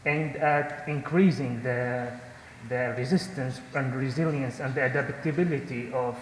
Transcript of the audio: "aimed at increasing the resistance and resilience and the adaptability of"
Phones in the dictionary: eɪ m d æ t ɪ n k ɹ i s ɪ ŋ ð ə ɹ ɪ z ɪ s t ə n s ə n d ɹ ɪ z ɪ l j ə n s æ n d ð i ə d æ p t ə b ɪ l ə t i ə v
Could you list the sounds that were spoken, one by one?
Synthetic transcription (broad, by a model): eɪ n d æ t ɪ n k ɹ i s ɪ ŋ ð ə ɹ ɪ z ɪ s t ə n s ə n d ɹ ɪ z ɪ l j ə n s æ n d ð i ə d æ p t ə b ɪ l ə t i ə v